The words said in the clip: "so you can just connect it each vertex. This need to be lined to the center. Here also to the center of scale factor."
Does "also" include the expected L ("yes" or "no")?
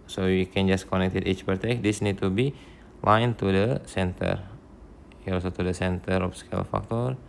no